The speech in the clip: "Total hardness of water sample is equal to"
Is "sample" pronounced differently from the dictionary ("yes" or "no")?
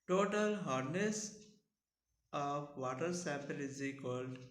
yes